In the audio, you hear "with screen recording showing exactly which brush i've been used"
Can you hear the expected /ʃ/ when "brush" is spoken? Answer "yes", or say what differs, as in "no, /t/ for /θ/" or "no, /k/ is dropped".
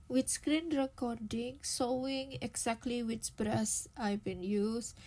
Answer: no, /s/ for /ʃ/